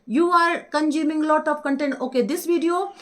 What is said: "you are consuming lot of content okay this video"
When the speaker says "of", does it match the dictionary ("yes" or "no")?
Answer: no